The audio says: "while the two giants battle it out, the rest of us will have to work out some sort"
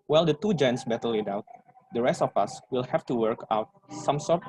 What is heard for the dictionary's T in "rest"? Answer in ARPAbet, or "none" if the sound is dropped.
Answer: T